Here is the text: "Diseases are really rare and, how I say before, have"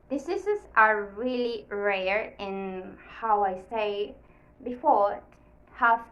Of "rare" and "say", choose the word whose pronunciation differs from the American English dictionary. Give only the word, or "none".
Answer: none